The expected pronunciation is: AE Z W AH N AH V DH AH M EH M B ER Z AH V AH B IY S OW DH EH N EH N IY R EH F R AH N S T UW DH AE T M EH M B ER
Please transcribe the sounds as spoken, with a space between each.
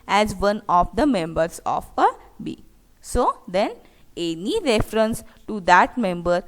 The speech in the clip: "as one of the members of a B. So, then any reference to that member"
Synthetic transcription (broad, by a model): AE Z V AH N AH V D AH M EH M B ER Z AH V AH B IY S OW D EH N EH N IY R EH F R AH N S T UW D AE T M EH M B ER